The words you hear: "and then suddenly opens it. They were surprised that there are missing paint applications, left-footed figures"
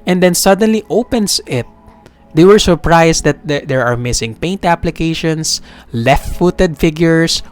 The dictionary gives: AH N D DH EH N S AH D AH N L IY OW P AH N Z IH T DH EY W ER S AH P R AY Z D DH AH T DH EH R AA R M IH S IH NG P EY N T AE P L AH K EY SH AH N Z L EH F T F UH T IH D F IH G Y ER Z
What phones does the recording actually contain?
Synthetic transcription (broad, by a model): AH N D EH N S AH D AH N L IY OW P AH N S IH T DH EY W ER S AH P R AY S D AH T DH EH R AA R M IH S IH NG P EY N T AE P L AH K EY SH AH N S L EH F T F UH T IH D F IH G Y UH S